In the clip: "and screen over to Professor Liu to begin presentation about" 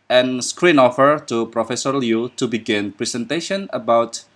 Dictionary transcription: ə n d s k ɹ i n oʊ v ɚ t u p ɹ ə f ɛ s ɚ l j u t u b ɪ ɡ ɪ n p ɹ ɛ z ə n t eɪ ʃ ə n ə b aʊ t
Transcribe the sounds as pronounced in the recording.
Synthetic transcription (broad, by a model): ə n s k ɹ i n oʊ f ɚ t u p ɹ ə f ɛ s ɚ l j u t u b ɪ ɡ ɪ n p ɹ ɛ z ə n t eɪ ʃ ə n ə b aʊ t